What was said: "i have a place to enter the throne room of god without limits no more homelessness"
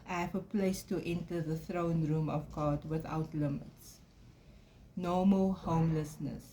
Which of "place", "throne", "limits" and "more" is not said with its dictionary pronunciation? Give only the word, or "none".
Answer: more